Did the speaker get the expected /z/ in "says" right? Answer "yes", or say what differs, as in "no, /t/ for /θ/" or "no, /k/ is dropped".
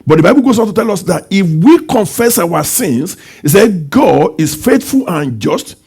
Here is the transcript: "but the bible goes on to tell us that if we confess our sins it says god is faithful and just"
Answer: no, /z/ is dropped